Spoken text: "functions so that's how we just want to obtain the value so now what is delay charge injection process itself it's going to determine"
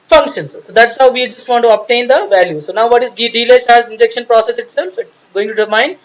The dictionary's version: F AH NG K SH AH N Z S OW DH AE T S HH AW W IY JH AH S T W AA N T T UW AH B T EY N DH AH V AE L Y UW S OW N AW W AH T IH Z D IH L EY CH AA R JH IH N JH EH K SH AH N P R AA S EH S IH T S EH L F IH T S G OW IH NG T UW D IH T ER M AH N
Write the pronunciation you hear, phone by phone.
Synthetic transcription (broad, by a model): F AH NG K SH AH N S S OW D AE T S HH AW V IY JH AH S T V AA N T T UW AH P T EY N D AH V AE L Y UW S OW N AW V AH T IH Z D IH L EY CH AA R Z IH N JH EH K SH AH N P R AA S EH S IH T S EH L F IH T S G OW IH NG T UW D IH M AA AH N